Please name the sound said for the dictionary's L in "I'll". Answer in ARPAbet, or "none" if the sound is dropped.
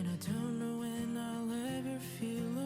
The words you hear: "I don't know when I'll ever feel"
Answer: L